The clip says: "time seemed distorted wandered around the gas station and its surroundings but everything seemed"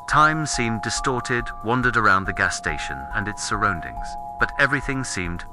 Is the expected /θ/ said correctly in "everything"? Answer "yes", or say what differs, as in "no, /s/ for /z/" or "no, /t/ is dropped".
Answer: yes